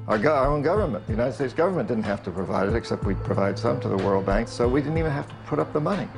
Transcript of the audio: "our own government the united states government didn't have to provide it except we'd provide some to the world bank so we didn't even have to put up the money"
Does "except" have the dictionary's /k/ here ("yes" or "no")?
yes